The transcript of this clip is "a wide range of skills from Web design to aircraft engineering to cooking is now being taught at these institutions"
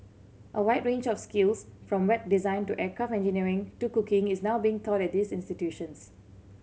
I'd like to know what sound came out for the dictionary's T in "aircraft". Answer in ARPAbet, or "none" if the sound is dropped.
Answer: none